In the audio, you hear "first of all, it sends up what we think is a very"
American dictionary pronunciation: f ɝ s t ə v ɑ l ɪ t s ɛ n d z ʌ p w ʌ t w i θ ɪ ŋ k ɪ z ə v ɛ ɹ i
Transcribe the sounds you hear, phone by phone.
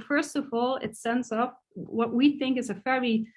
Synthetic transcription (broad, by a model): f ɝ s t ə v ɑ l ɪ t s ɛ n d z ʌ p w ʌ t w i θ ɪ ŋ k ɪ z ə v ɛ ɹ i